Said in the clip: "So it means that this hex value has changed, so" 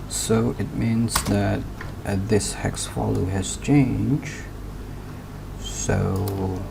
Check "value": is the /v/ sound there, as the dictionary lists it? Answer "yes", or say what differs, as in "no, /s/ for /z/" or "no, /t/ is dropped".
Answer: no, /f/ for /v/